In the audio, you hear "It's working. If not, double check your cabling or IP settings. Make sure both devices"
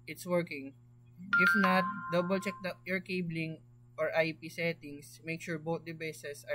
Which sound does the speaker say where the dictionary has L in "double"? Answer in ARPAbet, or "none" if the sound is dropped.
L